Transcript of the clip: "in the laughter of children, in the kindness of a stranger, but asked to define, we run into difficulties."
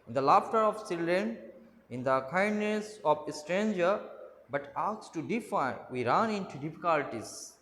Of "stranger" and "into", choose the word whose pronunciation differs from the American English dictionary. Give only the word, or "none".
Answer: none